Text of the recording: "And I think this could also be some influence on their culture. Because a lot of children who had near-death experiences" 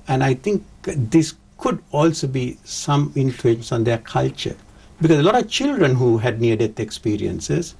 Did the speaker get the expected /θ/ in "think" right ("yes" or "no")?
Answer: no